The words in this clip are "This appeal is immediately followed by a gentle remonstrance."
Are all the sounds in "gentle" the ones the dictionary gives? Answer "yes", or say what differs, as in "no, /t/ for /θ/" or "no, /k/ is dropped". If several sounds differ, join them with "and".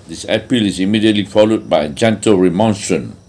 yes